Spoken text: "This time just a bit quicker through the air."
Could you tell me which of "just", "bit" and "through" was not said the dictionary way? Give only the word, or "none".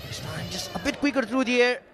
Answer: through